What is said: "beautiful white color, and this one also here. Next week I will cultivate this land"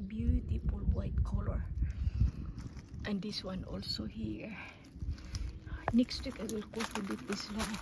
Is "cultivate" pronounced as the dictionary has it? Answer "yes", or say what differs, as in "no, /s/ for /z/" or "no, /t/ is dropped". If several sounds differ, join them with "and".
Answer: no, /l/ is dropped and /b/ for /v/